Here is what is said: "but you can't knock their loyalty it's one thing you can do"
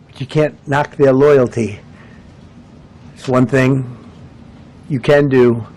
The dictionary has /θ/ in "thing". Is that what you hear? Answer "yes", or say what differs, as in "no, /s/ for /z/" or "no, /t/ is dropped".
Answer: yes